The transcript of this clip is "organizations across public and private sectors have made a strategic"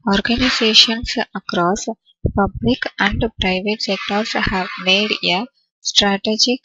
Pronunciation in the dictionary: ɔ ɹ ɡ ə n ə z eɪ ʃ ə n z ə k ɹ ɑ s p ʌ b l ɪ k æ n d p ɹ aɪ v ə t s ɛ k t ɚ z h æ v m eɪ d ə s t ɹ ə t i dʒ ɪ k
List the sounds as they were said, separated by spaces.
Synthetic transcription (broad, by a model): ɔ ɹ ɡ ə n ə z eɪ ʃ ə n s ə k ɹ ɑ s p ʌ b l ɪ k æ n d p ɹ aɪ v ə t s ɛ k t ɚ s h æ v m eɪ d ə s t ɹ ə t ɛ dʒ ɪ k